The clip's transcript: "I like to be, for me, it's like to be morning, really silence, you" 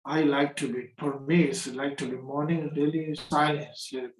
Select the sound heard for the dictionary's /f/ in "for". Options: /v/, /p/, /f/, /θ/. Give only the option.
/p/